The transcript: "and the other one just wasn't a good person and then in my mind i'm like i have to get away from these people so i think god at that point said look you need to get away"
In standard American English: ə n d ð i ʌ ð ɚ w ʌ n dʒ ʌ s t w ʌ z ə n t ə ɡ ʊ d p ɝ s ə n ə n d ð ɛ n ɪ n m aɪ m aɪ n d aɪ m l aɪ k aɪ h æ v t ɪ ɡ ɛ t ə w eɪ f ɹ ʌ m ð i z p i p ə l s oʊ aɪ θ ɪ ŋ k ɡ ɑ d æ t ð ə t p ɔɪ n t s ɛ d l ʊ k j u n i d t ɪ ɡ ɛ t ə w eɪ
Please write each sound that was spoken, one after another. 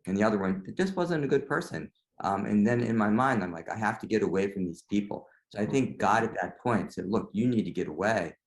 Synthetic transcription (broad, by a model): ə n ð i ʌ ð ɚ w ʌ n dʒ ʌ s t w ʌ z ə n t ə ɡ ʊ d p ɝ s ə n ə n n ð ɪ n ɪ n m aɪ m aɪ n d aɪ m l aɪ k aɪ h æ f t ɪ ɡ ɛ t ə w eɪ f ɹ ʌ m ð i z p i p l s oʊ aɪ θ ɪ ŋ k ɡ ɑ d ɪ t ð ə t p ɔɪ n t s ɛ d l ʊ k j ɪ n i d t ɪ ɡ ɛ t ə w eɪ